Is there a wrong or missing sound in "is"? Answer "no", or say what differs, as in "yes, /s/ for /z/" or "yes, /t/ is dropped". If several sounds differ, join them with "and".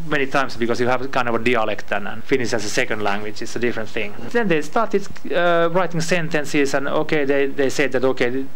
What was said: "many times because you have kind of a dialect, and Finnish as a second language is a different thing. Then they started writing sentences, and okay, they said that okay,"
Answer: yes, /s/ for /z/